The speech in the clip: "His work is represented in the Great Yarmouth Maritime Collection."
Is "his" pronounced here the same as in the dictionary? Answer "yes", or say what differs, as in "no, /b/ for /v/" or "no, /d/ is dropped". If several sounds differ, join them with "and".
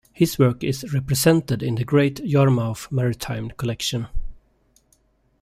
no, /s/ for /z/